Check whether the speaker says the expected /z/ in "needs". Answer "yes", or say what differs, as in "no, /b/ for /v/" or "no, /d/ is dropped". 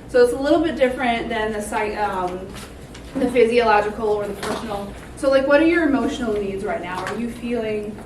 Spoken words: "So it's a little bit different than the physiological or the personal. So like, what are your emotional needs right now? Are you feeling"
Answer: yes